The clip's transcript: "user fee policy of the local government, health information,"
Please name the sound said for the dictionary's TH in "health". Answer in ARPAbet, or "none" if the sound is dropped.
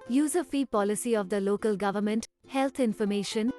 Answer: T